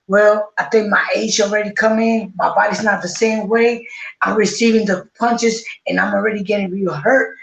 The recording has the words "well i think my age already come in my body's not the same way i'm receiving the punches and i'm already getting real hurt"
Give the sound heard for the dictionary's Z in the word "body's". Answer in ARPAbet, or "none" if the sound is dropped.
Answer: Z